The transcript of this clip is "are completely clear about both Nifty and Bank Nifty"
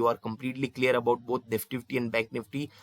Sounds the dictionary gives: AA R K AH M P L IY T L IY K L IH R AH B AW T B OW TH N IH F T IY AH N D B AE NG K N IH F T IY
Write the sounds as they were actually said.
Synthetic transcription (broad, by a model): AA R K AH M P L IY T L IY K L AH R AH B AW T B OW T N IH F T IY AH N D B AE K N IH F T IY